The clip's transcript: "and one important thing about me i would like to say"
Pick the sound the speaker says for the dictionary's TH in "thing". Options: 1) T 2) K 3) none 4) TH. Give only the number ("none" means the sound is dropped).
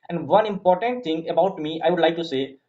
1